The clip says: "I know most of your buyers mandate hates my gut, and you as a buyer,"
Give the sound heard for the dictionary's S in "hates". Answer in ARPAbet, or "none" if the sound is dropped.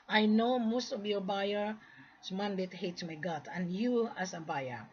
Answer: none